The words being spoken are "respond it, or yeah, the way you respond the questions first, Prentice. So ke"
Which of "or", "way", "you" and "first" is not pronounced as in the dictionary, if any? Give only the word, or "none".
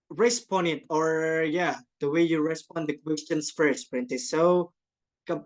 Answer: none